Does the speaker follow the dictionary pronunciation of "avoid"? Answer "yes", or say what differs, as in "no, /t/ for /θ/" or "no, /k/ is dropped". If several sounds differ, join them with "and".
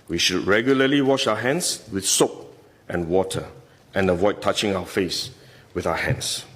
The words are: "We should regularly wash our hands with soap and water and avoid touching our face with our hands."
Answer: yes